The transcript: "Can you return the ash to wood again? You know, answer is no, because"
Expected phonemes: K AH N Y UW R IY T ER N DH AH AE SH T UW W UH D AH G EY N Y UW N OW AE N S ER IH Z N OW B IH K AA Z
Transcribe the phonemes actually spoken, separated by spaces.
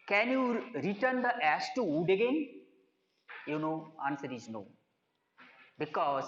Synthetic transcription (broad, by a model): K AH N Y UW R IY T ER N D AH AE S T UW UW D AH G EY N Y UW N OW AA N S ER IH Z N OW B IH K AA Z